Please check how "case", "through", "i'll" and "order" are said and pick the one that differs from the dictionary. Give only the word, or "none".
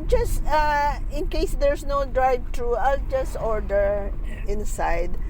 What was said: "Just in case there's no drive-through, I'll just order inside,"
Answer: through